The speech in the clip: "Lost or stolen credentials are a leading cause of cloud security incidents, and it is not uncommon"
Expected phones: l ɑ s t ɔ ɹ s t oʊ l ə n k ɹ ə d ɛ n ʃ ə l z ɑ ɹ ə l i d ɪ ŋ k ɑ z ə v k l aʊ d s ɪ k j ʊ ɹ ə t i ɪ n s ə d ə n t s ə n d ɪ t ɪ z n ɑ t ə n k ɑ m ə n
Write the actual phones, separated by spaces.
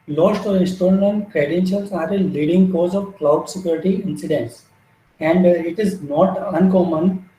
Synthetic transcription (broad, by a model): l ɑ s t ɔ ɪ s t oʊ ə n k ɹ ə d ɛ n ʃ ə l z ɑ ɹ ə l i d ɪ ŋ k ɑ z ə v k l aʊ d s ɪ k j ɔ ɹ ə t i ɪ n s ə d ə n t s ə n d ɪ t ɪ z n ɑ t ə n k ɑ m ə n